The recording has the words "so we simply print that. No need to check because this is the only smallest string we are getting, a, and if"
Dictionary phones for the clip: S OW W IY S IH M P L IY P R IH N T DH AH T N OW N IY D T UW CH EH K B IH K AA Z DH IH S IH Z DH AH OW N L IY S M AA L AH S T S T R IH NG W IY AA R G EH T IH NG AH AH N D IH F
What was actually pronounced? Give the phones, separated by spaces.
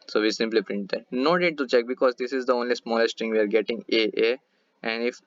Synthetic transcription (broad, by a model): S OW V IY S IH M P L IY P R IH N T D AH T N OW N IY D T UW CH EH K B IH K AA Z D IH S IH Z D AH OW N L IY S M AA L AH S T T IH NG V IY AA R G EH T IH NG AH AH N D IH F